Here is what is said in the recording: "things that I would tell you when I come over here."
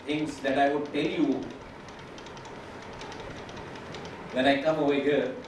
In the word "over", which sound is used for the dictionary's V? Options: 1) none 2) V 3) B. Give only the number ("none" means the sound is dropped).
1